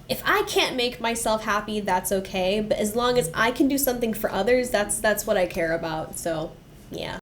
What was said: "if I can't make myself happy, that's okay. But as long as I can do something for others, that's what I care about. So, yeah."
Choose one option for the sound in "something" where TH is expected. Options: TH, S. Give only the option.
TH